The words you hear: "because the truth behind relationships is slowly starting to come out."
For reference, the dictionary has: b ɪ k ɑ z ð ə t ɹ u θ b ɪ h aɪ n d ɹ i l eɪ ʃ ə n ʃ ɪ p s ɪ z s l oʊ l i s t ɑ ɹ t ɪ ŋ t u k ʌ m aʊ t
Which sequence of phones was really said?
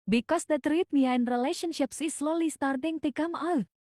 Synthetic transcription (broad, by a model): b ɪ k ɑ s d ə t ɹ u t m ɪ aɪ n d ɹ i l eɪ ʃ ə n ʃ ɪ p s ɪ s l oʊ l i s t ɑ ɹ t ɪ ŋ t u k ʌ m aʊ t